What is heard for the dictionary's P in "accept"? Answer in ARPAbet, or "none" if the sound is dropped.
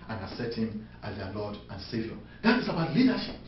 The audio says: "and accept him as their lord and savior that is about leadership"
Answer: none